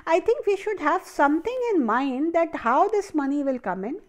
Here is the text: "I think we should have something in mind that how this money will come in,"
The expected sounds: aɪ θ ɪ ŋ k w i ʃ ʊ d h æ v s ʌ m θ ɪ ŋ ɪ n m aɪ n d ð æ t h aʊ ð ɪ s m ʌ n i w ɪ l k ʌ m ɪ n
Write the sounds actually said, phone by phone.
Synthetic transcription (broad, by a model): aɪ t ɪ ŋ k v i ʃ ʊ d h æ v s ʌ m t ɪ ŋ ɪ n m aɪ n d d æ t h aʊ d ɪ s m ʌ n i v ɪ l k ʌ m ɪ n